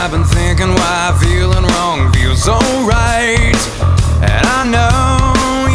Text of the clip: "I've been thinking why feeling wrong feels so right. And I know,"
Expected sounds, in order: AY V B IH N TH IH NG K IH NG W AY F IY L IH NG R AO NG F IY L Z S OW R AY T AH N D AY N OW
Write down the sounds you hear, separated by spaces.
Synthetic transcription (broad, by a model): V B IH N TH IH NG K IH NG W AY F IY L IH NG R AO NG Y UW Z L R AY T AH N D AY N OW